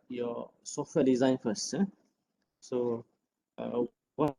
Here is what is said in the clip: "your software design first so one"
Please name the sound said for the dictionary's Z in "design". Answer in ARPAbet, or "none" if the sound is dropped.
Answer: Z